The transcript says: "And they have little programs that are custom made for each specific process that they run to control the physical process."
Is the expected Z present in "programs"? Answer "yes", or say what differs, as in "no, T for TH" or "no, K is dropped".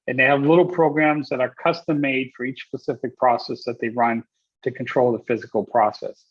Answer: yes